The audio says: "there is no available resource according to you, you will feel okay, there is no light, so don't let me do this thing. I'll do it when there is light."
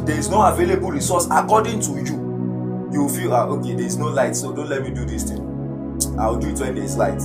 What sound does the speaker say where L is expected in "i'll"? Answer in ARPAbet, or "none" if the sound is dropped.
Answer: W